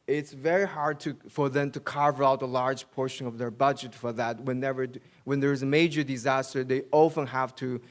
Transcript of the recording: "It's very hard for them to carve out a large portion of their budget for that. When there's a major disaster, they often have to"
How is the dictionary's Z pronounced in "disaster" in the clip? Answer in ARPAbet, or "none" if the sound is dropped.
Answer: Z